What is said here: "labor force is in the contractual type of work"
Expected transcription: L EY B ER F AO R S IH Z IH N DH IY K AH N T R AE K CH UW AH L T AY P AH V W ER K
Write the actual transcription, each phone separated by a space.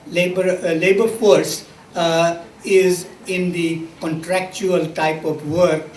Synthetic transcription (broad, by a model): L EY B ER F AO R S IH Z IH N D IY K AH N T R AE K CH UW AH L T AY P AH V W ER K